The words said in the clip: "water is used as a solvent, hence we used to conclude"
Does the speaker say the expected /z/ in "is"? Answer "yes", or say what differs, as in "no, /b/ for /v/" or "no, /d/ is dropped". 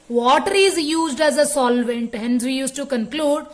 yes